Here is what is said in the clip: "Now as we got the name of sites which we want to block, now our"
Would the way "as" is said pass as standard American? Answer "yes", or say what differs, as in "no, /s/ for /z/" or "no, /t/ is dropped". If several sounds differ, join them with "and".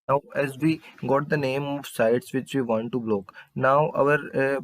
yes